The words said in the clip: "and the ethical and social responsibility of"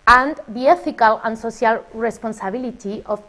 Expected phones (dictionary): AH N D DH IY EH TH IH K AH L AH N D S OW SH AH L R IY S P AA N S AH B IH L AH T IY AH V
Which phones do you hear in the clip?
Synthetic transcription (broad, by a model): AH N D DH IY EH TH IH K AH L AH N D S OW S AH L R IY S P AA N S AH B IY L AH T IY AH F